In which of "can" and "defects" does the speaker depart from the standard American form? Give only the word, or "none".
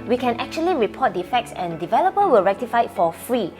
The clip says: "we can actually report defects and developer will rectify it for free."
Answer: none